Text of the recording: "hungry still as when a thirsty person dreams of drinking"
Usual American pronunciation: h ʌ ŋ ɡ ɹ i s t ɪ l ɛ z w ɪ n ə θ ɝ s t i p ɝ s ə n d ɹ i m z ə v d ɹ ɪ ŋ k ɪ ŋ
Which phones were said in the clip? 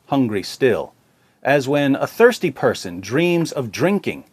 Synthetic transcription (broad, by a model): h ʌ ŋ ɡ ɹ i s t ɪ l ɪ z w ɪ n ə θ ɝ s t i p ɝ s ə n d ɹ i m z ə v d ɹ ɪ ŋ k ɪ ŋ